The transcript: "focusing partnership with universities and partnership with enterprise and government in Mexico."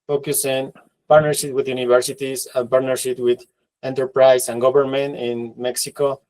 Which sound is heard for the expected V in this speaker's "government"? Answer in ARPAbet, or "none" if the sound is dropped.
B